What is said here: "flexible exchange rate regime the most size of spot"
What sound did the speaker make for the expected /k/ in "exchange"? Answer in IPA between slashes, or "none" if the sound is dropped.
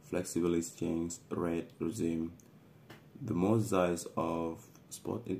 none